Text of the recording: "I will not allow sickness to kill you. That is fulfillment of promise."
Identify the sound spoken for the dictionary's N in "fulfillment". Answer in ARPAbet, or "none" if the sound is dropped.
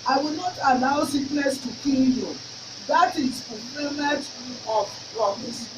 none